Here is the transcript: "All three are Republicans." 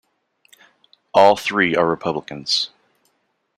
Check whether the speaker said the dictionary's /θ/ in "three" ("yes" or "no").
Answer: yes